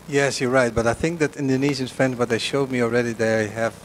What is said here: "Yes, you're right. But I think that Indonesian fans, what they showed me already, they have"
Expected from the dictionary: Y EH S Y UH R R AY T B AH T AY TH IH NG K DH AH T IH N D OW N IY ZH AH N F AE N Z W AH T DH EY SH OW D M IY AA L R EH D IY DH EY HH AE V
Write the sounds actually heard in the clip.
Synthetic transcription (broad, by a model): Y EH S Y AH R R AY T B AH T AY TH IH NG K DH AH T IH N D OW N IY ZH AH N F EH N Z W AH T DH EY SH OW D M IY AA L R EH D IY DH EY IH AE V